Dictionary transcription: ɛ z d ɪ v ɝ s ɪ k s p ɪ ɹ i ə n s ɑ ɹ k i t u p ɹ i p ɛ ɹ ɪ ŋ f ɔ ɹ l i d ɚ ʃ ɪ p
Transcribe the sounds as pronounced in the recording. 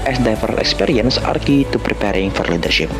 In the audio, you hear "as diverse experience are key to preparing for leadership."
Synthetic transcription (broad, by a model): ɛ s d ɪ f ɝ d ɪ k s p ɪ ɹ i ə n s ɑ ɹ k i t u p ɹ i p ɛ ɹ ɪ ŋ f ɔ ɹ l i d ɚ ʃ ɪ p